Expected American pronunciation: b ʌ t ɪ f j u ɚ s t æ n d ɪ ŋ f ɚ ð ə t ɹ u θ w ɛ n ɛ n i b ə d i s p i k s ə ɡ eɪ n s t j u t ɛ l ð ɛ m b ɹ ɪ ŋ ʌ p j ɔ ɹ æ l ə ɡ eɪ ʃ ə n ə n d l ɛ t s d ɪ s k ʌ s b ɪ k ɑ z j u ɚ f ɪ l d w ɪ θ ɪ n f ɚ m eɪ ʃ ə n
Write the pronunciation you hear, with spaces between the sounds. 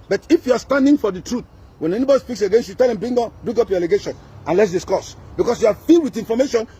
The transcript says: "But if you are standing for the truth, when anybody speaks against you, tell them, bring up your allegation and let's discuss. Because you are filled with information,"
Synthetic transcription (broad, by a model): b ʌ t ɪ f j u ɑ s t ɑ n d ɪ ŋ f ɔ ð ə t ɹ u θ w ɛ n ɛ n i b ə d i s p i k s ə ɡ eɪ n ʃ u t ɛ l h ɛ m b ɹ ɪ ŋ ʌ p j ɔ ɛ l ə ɡ eɪ ʃ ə n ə n l ɛ t s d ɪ s k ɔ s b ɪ k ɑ s j u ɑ f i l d w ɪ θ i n f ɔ m eɪ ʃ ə n